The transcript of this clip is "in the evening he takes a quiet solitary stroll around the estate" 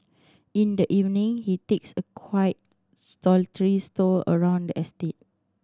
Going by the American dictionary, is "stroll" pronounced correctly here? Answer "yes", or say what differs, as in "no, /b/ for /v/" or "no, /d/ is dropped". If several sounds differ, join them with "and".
no, /ɹ/ is dropped